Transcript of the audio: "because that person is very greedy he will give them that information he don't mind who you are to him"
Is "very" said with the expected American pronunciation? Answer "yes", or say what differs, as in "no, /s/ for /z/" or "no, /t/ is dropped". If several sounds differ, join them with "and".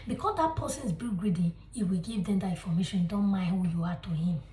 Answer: no, /b/ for /v/